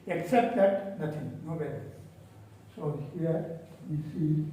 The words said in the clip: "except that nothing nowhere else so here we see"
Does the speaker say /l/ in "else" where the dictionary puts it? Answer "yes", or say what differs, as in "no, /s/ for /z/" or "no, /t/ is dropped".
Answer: no, /l/ is dropped